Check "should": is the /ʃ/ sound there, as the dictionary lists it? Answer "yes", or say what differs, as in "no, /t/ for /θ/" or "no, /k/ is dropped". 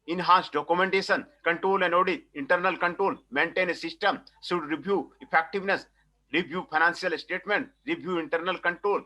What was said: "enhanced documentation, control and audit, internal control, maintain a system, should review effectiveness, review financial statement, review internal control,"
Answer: no, /s/ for /ʃ/